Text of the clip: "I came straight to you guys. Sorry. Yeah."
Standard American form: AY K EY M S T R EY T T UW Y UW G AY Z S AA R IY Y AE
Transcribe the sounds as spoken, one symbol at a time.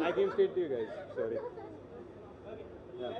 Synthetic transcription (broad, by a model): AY K EY M S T EY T T UW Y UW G AY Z S AA R IY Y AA